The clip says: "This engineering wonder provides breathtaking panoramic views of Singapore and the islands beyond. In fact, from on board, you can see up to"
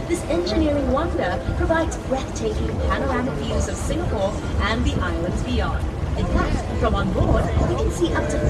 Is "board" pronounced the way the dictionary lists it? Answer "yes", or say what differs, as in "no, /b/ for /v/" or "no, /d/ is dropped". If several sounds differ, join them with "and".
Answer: yes